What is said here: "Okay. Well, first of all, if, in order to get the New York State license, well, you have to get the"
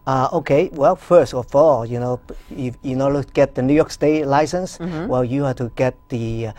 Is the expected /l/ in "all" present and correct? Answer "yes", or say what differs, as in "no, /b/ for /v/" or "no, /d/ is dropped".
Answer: no, /n/ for /l/